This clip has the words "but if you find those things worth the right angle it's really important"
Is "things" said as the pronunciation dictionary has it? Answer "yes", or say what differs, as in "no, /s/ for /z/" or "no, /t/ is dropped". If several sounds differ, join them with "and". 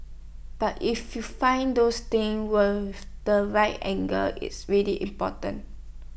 no, /z/ is dropped